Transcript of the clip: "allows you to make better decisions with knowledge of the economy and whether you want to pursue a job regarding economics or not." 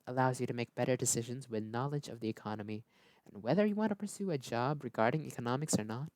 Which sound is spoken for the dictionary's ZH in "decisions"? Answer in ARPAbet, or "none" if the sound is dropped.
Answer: ZH